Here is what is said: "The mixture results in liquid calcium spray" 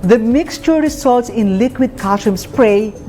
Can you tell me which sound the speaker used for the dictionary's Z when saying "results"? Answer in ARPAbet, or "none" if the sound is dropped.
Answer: S